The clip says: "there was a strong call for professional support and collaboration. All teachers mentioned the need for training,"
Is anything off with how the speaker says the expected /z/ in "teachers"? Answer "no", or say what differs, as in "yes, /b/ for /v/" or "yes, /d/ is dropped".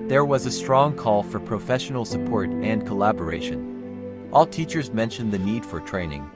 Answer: no